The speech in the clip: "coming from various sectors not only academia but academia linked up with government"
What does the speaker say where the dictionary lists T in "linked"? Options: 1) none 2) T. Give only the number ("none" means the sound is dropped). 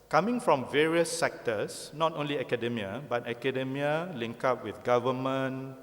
1